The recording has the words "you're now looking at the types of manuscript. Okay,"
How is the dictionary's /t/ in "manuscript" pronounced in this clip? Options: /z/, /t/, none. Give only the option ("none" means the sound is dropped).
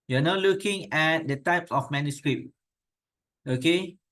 none